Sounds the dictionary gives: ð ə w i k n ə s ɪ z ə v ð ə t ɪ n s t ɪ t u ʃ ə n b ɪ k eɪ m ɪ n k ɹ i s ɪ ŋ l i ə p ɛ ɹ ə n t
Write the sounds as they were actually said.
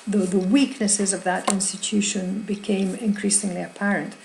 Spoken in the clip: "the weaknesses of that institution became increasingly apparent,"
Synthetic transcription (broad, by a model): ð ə w i k n ə s ɪ z ə v ð ə t ɪ n s t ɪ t u ʃ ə n b ɪ k eɪ m ɪ n k ɹ i s ɪ ŋ l i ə p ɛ ɹ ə n t